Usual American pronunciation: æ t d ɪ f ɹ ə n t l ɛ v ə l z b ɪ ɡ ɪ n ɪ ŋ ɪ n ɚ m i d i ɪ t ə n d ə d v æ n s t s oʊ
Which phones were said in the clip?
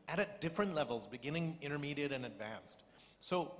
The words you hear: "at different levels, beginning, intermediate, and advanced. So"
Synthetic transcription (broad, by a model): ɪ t d ɪ f ɹ ə n t l ɛ v l z b ɪ ɡ ɪ n ɪ ŋ ɪ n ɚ m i d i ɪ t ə n ə d v æ n s t s oʊ